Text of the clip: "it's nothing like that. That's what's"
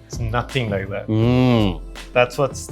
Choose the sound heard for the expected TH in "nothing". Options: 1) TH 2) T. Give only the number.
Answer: 1